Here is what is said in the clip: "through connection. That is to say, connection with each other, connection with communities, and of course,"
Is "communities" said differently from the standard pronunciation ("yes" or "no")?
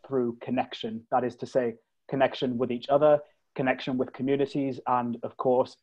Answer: no